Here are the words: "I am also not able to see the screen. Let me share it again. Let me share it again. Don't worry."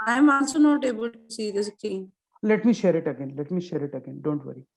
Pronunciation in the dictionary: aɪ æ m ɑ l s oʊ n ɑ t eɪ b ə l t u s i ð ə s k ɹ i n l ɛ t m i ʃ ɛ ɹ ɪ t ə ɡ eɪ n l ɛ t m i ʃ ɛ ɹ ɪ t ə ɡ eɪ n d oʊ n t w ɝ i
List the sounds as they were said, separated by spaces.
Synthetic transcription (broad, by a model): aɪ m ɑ n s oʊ n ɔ t eɪ b ə l t u s i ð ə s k i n l ɛ t m i ʃ ɛ ɹ ɪ t ə ɡ eɪ n l ɛ t m i ʃ ɛ ɹ ɪ t ə ɡ eɪ n d oʊ n t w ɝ i